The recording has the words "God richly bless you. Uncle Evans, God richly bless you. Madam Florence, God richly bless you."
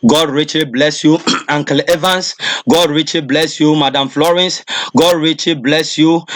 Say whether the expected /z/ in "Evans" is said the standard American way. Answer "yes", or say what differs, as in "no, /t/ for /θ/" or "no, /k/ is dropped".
no, /s/ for /z/